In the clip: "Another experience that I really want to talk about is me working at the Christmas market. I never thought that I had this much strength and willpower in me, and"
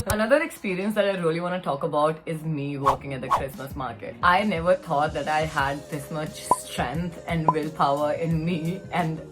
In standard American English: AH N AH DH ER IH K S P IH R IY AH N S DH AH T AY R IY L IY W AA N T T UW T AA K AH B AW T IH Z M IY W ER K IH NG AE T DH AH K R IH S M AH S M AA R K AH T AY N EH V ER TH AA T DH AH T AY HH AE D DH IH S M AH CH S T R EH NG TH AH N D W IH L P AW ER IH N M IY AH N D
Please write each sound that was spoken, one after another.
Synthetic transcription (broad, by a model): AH N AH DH ER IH K S P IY R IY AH N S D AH T AY R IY L IY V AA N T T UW T AA K AH B AW T IH Z M IY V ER K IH NG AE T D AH K R IH S M AH S M AA R K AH T AY N EH V ER T AA T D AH T AY HH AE D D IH S M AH S S T R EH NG T AH N D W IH L P AW ER IH N M IY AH N D